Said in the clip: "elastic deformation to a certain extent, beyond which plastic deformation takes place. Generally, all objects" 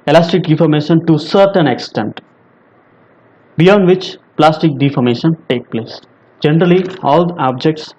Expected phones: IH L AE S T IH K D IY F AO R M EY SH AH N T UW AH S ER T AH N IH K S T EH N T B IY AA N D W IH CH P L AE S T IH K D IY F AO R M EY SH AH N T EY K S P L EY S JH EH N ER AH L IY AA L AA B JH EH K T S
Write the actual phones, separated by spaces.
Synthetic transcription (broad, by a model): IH L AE S T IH K D IY F AO R M EY SH AH N T UW S ER T AH N IH K S T EH N T B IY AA N D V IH CH P L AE S T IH K D IY F AO R M EY SH AH N T EY K P L EY S JH EH N ER AH L IY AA L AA B JH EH K T S